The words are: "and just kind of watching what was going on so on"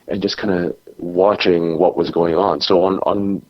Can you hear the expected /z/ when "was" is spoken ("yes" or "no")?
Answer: yes